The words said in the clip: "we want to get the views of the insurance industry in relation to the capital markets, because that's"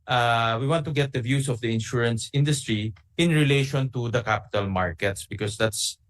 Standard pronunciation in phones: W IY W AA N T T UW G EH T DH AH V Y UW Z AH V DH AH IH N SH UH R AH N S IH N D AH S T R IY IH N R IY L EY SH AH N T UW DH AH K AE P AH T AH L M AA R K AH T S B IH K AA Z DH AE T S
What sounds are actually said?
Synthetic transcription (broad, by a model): W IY W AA N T T UW G EH T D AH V Y UW S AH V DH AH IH N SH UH R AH N S IH N D AH S T R IY IH N R IY L EY SH AH N T UW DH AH K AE P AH T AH L M AA R K AH T S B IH K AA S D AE T S